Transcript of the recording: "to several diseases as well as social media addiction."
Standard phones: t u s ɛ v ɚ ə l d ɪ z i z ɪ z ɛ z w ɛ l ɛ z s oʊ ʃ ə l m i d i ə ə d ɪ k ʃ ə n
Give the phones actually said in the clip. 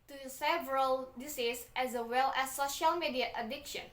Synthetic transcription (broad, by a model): t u s ɛ v ɚ ə l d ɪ s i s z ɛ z w ɛ l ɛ s oʊ ʃ ə l m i d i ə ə d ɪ k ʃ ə n